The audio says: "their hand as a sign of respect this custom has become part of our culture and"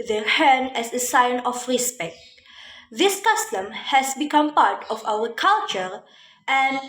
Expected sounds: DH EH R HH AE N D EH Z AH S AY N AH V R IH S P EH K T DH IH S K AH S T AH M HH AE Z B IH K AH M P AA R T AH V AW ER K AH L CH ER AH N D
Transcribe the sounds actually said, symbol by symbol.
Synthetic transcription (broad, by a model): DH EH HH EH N EH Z AH S AY N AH F R IH S P EH K T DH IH S K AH S T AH M HH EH S B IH K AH M P AA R T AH F AW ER K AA L CH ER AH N